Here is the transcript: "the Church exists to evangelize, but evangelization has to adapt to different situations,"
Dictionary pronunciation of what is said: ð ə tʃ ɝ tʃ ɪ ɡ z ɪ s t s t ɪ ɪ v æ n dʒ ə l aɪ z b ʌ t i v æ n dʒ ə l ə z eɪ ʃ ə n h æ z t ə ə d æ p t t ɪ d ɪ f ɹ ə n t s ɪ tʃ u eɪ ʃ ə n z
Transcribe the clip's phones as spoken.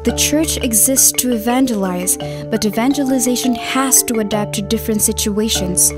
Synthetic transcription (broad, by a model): ð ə tʃ ɝ tʃ ɪ ɡ z ɪ s t s t ɪ ɪ v æ n dʒ ə l aɪ z b ʌ t i v æ n dʒ ə l ə z eɪ ʃ ə n h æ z t ə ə d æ p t t ɪ d ɪ f ɹ ə n t s ɪ tʃ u eɪ ʃ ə n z